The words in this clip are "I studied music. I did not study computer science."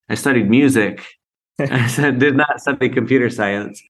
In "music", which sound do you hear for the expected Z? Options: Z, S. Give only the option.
Z